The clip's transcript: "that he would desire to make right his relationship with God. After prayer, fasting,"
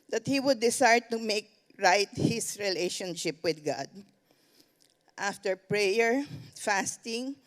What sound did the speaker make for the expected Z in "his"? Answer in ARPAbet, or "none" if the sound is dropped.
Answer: S